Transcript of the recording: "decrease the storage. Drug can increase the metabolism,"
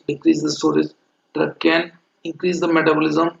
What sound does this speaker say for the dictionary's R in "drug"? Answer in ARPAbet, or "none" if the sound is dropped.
none